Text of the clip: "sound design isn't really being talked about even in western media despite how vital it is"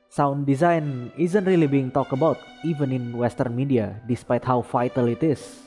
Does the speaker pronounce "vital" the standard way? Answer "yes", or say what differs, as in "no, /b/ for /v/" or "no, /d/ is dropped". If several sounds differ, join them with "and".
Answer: no, /f/ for /v/